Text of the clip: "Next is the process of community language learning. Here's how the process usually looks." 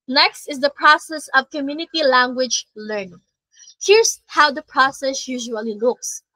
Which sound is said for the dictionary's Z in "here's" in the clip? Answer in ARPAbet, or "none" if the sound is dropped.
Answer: S